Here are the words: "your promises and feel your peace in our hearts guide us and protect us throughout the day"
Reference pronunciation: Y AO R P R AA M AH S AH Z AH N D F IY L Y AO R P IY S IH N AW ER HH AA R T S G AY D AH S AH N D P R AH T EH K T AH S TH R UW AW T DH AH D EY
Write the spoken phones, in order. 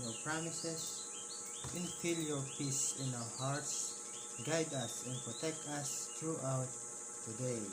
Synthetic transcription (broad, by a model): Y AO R P R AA M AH S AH S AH N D F IY L Y AO R P IY S IH N AW ER HH AA R T S G AY D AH S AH N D P R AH T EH K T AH S T R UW AW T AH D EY